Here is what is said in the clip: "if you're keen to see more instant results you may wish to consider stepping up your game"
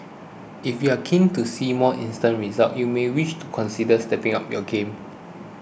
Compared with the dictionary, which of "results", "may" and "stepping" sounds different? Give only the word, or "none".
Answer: results